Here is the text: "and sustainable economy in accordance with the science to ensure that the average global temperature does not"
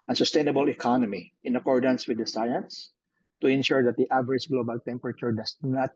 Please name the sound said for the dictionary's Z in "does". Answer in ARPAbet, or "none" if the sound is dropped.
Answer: S